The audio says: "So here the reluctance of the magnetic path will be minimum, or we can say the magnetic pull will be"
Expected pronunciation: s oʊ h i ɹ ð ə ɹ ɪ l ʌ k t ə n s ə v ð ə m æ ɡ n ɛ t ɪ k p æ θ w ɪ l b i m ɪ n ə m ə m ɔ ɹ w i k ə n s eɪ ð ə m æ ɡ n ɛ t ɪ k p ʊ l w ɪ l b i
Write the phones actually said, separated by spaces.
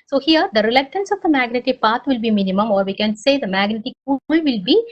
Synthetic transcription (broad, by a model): s oʊ h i ɹ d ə ɹ ɪ l ʌ k t ə n s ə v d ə m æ ɡ n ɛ t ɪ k p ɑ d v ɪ l b i m ɪ n ə m ə m ɔ ɹ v i k ə n s eɪ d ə m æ ɡ n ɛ t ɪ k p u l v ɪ l b i